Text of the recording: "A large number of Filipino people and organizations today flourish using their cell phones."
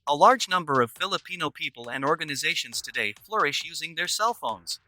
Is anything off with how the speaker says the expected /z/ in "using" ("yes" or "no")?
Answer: no